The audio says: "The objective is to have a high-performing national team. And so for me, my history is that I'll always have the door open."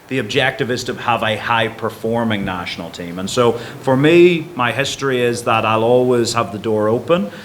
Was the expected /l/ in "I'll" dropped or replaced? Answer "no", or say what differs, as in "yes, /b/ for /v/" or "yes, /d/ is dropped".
no